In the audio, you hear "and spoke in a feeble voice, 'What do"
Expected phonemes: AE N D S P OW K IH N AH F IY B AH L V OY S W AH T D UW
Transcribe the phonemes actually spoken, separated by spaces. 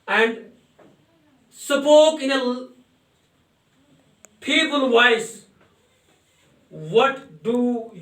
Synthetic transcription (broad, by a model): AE N D S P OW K IH N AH P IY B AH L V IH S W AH T D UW